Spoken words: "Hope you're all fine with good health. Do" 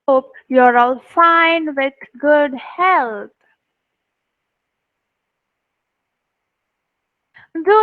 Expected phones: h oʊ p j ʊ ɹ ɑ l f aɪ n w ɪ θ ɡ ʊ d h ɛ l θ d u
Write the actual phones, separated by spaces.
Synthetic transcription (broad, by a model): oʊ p j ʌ ɹ ɑ l f aɪ n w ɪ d ɡ ʊ d h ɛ l t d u